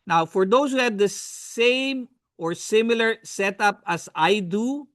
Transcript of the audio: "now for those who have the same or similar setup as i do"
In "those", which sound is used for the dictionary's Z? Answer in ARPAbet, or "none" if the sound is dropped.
S